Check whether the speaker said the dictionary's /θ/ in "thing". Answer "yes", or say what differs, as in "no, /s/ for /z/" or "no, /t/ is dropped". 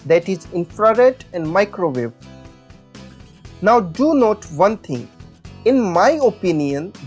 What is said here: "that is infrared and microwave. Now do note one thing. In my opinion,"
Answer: no, /t/ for /θ/